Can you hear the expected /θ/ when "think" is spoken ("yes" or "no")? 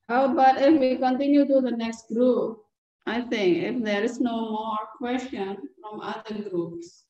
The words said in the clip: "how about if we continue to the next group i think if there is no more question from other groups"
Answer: no